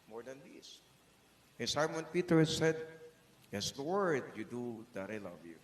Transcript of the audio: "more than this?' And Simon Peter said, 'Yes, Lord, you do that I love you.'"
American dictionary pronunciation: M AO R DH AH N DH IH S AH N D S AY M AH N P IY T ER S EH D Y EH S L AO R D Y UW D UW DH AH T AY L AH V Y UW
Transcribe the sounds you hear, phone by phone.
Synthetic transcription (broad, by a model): M AO R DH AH N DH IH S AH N S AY M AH N P IY T ER S EH D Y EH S W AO R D Y UW D UW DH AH T AY L AH V Y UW